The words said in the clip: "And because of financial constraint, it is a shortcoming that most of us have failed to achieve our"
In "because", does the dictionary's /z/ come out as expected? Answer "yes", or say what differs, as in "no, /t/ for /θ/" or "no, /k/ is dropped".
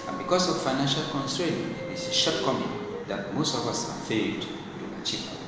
no, /s/ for /z/